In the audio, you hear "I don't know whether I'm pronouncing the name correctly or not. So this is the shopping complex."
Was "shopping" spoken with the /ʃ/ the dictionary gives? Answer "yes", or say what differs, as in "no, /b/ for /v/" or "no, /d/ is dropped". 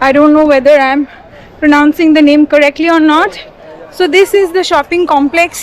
yes